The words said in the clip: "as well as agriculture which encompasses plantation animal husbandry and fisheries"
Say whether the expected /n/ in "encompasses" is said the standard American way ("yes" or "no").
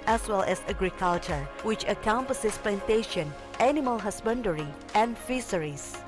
no